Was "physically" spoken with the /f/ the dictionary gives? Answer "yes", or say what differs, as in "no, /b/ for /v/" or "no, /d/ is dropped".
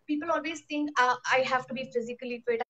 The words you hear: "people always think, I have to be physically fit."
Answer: yes